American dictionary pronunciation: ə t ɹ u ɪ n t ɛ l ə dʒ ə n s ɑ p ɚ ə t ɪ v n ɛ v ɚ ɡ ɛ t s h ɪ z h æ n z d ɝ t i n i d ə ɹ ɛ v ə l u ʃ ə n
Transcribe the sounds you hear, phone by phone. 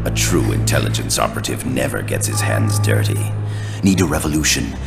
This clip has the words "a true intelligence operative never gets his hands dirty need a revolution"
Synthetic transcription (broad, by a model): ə t ɹ u ɪ n t ɛ l ə dʒ ə n s ɑ p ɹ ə t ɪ v n ɛ v ɚ ɡ ɛ t s h ɪ z h æ n z d ɝ t i n i d ə ɹ ɛ v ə l u ʃ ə n